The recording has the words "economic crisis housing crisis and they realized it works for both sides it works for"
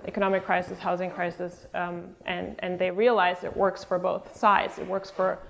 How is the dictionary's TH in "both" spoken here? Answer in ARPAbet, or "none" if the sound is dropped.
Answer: TH